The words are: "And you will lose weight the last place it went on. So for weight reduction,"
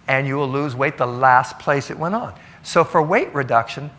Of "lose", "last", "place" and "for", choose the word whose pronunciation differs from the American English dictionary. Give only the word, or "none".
none